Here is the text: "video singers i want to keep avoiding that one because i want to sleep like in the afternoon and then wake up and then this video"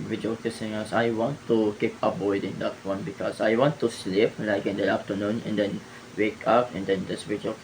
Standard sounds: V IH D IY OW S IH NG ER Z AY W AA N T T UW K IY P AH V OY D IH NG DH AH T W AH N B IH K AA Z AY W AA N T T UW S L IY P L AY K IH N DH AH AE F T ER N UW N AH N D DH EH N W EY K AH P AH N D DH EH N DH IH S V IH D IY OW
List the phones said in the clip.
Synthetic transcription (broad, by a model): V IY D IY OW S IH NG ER S AY W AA N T T UW K IY P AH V OY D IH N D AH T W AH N B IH K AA S AY W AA N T T UW S L IY P L AY K IH N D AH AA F T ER N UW N AH N D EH N W EY K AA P AH N D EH N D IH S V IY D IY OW